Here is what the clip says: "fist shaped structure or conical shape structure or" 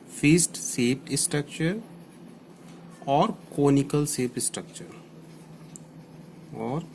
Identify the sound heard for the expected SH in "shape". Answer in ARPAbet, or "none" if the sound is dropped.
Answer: S